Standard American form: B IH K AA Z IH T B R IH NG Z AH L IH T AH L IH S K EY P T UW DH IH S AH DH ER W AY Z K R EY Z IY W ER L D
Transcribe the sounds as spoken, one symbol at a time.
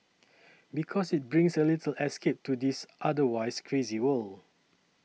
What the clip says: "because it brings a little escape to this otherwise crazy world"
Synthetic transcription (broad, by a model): B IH K AA S IH T B R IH NG S AH L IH T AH L IH S K EY P T UW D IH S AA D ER W AY S K R EY Z IY W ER L